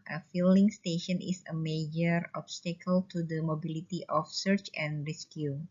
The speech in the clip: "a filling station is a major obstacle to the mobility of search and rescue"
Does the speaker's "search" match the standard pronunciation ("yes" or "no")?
yes